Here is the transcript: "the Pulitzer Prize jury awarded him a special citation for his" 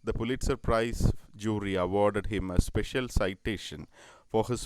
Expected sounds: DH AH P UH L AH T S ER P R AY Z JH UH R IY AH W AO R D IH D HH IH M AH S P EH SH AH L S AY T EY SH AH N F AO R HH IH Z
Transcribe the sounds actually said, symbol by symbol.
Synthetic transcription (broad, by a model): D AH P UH L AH T S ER P R AY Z JH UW R IY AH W AO R D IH D HH IH M AH S P EH SH AH L S AY T EY SH AH N F AO R HH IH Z